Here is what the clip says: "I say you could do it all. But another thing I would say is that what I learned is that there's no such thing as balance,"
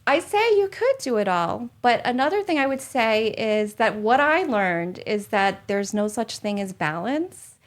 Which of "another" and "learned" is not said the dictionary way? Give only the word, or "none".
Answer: none